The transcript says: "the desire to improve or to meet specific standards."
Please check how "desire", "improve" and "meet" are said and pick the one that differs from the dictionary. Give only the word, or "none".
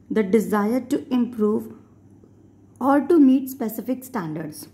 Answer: none